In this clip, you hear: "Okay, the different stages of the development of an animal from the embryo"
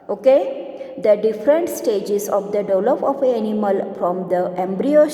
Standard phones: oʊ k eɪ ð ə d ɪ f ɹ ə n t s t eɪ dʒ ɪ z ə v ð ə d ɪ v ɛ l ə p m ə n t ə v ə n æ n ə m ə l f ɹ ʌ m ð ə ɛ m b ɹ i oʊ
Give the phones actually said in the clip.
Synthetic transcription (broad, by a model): oʊ k eɪ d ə d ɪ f ɹ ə n t s t eɪ dʒ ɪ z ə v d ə d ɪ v l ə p ə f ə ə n n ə m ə l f ɹ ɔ m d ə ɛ m b ɹ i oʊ